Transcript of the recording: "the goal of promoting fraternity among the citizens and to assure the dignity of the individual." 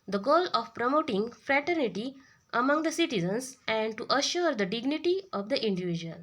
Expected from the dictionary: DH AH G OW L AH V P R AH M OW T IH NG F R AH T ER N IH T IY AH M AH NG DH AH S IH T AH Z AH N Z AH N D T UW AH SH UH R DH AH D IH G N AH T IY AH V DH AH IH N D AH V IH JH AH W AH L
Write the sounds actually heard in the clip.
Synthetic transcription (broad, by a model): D AH G OW L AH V P R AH M OW T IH NG F R AH T ER N IH T IY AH M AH NG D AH S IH T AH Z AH N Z AH N D T UW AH SH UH R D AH D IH G N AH T IY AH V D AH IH N D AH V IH JH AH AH L